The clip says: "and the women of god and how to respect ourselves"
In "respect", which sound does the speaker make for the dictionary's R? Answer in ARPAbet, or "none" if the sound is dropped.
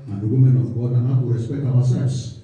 L